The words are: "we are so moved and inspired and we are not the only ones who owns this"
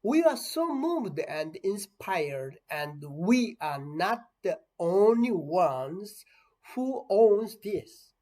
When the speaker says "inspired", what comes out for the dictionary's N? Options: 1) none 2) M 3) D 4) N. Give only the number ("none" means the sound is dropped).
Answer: 4